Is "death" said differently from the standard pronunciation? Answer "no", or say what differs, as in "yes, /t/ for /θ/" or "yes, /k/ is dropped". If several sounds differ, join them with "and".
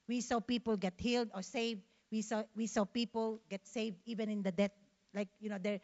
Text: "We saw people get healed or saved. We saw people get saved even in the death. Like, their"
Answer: yes, /t/ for /θ/